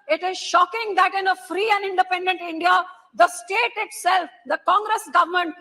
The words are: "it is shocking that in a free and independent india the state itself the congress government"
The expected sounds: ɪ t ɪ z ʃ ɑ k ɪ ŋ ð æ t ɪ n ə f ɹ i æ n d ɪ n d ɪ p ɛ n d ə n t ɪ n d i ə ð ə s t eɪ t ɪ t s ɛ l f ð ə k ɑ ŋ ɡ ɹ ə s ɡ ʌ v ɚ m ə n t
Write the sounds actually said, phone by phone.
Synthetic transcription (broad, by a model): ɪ t ɪ z ʃ ɑ k ɪ ŋ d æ t ɪ n ə f ɹ i æ n d ɪ n d ɪ p ɛ n d ə n t ɪ n d i ə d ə s t eɪ t ɪ t s ɛ l f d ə k ɑ ŋ ɡ ɹ ə s ɡ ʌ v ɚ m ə n t